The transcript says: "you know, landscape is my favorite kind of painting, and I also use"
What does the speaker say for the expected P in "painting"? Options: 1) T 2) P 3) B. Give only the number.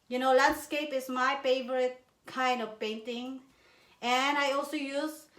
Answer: 2